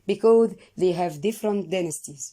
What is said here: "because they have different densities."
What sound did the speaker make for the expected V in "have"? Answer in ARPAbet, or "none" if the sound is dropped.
V